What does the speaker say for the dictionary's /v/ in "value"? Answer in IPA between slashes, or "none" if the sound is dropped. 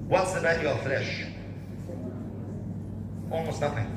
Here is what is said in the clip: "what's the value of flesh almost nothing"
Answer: /b/